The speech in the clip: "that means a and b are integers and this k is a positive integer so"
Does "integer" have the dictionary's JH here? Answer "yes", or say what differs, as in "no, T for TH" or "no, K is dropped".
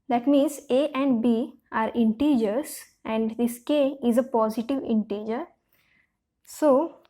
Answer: yes